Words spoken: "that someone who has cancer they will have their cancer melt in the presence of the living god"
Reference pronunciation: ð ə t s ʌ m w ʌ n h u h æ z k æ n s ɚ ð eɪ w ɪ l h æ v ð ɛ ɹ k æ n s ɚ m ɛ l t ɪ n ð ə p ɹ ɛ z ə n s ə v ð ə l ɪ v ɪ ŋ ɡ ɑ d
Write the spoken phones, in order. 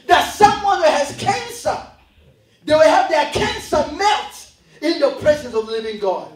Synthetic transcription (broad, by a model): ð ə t s ʌ m w ʌ n h u h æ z k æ n s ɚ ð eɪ w ɪ l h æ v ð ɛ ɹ k æ n s ɚ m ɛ t ɪ n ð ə p ɹ ɛ z ə n s ə v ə l ɪ v ɪ ŋ ɡ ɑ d